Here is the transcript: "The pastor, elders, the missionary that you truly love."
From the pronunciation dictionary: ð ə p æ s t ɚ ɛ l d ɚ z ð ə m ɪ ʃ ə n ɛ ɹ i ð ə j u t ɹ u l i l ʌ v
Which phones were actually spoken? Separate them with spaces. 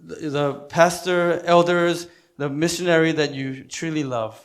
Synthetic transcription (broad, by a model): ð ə p æ s t ɚ ɛ l d ɚ z ð ə m ɪ ʃ ə n ɛ ɹ i ð ə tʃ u t ɹ u l i l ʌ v